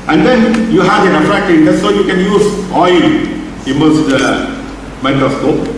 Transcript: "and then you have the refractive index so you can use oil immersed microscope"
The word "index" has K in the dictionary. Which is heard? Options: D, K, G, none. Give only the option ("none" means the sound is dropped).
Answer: none